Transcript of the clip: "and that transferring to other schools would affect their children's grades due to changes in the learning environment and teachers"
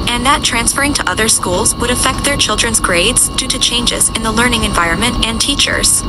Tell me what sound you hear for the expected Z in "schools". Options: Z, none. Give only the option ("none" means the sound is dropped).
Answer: Z